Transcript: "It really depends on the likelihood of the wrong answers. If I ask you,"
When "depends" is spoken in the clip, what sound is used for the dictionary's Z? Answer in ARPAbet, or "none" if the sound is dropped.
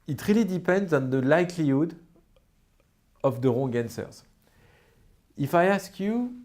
Z